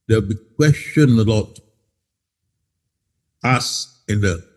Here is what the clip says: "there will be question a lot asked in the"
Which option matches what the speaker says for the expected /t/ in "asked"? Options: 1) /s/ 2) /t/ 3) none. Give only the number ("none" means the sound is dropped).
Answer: 3